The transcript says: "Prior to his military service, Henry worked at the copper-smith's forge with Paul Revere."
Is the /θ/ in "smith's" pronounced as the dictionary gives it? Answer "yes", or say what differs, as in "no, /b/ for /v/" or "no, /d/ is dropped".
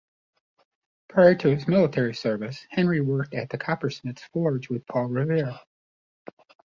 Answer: no, /t/ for /θ/